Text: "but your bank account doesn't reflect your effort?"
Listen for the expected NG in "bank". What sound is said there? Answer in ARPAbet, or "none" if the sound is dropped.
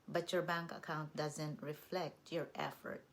NG